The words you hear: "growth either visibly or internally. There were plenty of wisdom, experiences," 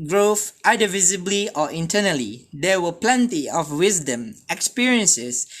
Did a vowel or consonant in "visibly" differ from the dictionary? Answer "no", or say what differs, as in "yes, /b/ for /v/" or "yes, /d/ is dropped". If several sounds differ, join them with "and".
no